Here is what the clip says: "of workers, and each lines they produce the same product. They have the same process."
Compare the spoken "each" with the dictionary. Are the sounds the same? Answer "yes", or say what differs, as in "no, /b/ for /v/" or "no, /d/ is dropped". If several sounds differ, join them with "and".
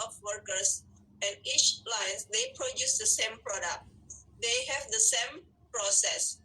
yes